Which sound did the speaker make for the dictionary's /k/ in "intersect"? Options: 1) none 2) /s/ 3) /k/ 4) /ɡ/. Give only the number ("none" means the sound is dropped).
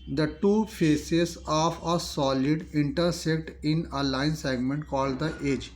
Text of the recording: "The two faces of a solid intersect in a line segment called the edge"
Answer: 3